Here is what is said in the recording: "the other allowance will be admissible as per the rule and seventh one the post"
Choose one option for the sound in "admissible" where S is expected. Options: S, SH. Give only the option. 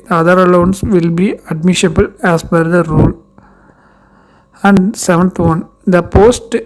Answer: SH